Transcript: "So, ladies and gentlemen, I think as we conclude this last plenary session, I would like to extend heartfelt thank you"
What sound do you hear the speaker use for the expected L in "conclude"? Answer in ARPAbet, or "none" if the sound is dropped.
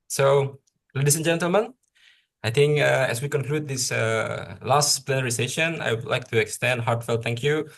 L